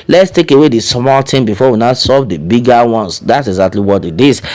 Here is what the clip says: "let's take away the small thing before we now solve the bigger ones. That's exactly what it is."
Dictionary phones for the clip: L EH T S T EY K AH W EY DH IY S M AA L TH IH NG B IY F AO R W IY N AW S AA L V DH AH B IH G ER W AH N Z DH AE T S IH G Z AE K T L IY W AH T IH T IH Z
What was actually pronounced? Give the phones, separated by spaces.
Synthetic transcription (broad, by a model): L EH T S T EY K AH W EY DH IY S M AA L T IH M B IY F AO W IY N AW S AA V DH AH B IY G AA W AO N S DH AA T S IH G Z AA K T L IY W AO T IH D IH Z